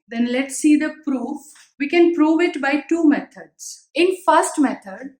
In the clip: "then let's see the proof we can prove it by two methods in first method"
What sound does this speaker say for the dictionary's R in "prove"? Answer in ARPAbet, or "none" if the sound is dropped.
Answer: R